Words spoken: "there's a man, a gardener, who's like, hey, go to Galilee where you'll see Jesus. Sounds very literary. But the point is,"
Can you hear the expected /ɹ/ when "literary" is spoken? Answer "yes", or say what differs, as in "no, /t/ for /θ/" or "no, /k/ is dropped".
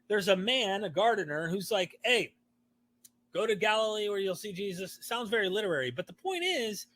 yes